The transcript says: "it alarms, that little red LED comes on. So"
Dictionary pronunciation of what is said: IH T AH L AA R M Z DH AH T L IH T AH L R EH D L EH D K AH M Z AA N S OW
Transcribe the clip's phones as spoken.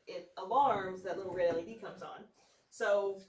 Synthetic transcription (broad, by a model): IH T AH L AA R M Z DH AH T L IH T L R EH D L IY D K AH M Z N S OW